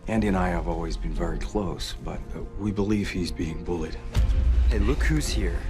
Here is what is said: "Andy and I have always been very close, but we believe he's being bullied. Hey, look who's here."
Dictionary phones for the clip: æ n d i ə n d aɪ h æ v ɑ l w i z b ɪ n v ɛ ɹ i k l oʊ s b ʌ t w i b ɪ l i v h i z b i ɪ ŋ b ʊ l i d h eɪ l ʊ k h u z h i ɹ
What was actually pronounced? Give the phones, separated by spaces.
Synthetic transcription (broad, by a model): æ n d i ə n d aɪ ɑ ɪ v ɑ l w i z b ɪ n v ɛ ɹ i k l oʊ s b ʌ t w i b ɪ l i v h i z b i ɪ ŋ b ʊ l i d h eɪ l ʊ k h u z h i ɹ